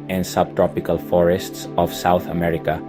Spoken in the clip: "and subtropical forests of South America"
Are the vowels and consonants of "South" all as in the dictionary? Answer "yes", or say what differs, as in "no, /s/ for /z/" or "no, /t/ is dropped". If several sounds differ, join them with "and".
yes